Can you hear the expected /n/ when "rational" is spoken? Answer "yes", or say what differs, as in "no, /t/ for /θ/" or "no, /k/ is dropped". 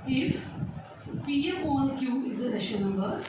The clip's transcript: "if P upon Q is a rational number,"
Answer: no, /n/ is dropped